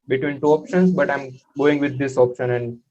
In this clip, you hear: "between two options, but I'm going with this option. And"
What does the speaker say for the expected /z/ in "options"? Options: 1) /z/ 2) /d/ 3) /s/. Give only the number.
3